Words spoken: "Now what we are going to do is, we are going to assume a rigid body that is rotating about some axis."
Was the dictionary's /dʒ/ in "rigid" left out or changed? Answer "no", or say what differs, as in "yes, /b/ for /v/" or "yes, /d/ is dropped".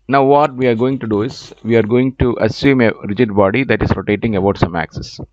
no